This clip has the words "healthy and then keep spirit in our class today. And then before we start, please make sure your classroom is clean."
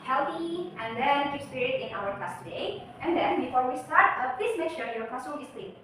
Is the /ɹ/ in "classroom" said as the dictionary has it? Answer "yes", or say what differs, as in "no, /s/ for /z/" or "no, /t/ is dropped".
no, /ɹ/ is dropped